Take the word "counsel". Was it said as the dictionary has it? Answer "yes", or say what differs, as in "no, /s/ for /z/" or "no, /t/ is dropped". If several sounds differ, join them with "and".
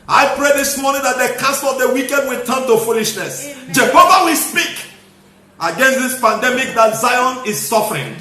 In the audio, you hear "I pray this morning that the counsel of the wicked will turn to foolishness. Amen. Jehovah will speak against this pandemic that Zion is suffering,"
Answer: no, /n/ is dropped